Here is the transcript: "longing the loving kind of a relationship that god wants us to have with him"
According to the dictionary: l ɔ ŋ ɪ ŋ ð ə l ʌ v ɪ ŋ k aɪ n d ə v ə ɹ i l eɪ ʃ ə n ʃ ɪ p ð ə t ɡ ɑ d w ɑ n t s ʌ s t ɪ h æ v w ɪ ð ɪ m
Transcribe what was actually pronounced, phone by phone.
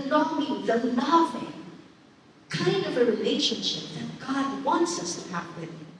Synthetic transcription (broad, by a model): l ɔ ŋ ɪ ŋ ð ə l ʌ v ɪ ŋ k aɪ n d ə v ə ɹ i l eɪ ʃ ə n ʃ ɪ p ð ə t ɡ ɑ d w ɑ n t s ʌ s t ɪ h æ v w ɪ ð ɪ